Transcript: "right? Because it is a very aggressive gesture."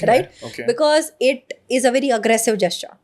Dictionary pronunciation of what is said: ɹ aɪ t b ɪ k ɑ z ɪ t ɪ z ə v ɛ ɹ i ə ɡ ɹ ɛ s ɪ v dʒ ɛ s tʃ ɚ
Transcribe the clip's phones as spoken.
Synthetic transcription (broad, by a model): ɹ aɪ t b ɪ k ɑ z ɪ t ɪ z ə v ɛ ɹ i ə ɡ ɹ ɛ s ɪ v dʒ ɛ s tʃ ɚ